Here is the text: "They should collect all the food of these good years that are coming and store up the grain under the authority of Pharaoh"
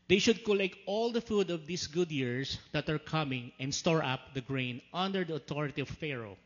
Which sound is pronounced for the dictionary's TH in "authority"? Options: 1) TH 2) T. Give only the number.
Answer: 2